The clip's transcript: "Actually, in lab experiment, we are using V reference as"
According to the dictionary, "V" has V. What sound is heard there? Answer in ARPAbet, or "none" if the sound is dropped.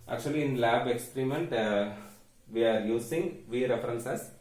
V